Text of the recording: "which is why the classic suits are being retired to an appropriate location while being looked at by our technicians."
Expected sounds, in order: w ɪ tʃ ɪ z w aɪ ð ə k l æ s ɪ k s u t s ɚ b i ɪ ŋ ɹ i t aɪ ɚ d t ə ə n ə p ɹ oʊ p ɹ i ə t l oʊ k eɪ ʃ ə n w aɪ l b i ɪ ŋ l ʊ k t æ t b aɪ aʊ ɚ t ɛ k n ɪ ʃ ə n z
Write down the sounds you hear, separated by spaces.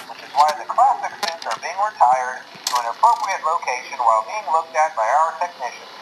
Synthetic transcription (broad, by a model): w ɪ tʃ ɪ z w aɪ ð ə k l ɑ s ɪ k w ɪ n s ɚ b i ɪ ŋ ɹ i t aɪ ɚ d t ə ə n ə p ɹ oʊ p ɹ i ə t l oʊ k eɪ ʃ ə n w aɪ l b i ɪ ŋ l ʊ k t æ t b aɪ aʊ ɚ t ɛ k n ɪ ʃ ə n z